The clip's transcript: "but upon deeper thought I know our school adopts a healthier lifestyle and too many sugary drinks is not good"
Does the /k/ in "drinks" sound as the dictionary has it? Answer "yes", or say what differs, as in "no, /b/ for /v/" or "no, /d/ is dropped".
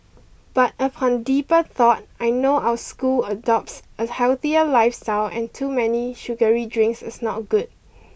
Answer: yes